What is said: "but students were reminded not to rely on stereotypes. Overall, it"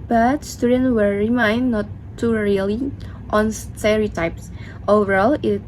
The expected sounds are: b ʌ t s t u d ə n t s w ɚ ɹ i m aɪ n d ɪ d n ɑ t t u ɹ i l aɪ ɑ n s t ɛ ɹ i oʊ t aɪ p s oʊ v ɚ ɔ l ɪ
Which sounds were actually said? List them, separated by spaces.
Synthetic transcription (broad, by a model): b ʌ t s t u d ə n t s w ɚ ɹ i m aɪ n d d n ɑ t t u ɹ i l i ɑ n s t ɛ ɹ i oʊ t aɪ p s oʊ v ɚ ɔ l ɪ